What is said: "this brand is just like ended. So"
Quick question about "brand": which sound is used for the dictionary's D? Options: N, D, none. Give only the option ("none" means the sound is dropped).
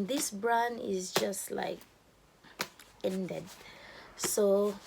none